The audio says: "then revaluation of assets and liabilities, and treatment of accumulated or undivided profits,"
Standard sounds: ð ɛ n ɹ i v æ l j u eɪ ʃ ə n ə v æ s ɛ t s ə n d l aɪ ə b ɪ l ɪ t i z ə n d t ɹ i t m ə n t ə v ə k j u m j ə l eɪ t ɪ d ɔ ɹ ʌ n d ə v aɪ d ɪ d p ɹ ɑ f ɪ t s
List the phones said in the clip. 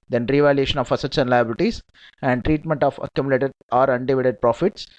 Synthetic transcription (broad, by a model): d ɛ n ɹ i v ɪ l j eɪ ʃ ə n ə f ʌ s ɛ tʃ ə n l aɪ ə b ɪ l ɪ t i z ə n d t ɹ i t m ə n t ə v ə k j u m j l eɪ t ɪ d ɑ ɹ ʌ n d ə v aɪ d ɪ d p ɹ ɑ f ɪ t s